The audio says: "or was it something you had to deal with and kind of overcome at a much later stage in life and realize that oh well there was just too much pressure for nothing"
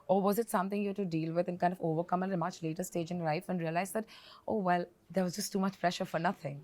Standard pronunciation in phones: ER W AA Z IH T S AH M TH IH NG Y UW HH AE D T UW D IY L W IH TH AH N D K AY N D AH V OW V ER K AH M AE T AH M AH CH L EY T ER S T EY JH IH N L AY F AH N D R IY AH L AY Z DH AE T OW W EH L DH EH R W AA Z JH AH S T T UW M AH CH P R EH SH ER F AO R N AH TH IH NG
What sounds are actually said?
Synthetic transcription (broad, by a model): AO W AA Z IH T S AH M T IH NG Y UW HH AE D T UW D IY L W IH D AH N K AY N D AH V OW V ER K AH M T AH M AH CH L EY T ER S T EY JH IH N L AY F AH N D R IY AH L AY Z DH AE T OW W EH L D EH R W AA Z JH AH S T T UW M AH CH P R EH SH ER F AO R N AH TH IH NG